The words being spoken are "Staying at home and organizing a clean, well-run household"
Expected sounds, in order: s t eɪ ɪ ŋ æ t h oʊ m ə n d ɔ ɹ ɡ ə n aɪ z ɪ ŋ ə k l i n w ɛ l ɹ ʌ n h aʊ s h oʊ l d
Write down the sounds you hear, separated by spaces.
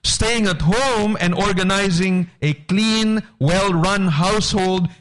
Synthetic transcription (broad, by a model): s t eɪ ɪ ŋ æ t h oʊ m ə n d ɔ ɹ ɡ ə n aɪ z ɪ ŋ ə k l i n w ɛ l ɹ ʌ n h aʊ s h oʊ l d